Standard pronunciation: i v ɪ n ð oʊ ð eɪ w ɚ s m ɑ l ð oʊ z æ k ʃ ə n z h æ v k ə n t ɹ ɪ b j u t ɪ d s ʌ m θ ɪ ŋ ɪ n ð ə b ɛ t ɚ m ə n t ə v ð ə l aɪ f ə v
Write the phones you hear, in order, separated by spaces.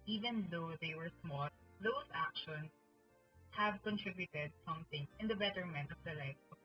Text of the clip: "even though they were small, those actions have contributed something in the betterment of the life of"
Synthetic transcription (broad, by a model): i v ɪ n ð oʊ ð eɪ w ɚ s m ɑ l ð oʊ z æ k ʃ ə n s h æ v k ə n t ɹ ɪ b j u t ɪ d s ʌ m θ ɪ ŋ ɪ n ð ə b ɛ t ɚ m ə n t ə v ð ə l aɪ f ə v